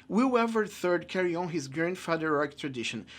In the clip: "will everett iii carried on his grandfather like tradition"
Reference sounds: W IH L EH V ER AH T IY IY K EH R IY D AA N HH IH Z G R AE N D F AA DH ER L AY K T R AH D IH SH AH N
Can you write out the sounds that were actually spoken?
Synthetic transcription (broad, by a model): W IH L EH V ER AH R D K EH R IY AA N HH IH Z G R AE N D F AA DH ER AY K T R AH D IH SH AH N